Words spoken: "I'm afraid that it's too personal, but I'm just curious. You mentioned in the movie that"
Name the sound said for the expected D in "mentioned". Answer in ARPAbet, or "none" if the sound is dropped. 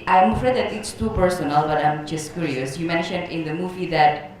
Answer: D